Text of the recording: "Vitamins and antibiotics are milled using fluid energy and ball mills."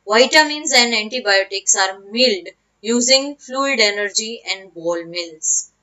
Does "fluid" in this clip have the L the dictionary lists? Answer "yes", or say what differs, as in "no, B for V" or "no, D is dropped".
yes